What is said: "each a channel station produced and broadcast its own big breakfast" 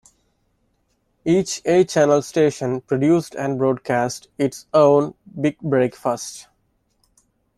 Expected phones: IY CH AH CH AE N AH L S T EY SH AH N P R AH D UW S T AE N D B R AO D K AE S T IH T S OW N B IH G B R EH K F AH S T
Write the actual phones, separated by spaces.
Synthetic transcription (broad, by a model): IY CH AH CH AE N AH L S T EY SH AH N P R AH D UW S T AE N D B R AO D K AE S T IH T S OW N B IH G B R EH K F AH S T